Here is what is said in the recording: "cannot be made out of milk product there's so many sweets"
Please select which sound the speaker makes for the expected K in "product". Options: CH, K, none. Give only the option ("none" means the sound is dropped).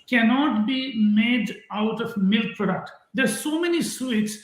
K